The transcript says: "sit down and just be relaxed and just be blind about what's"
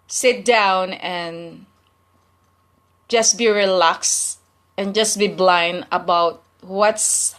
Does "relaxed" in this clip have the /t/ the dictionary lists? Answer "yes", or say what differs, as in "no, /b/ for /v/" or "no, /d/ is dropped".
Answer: no, /t/ is dropped